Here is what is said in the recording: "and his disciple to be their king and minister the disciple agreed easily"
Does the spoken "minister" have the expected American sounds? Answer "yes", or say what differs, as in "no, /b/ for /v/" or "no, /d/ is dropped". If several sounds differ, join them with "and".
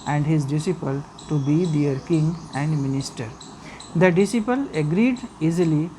yes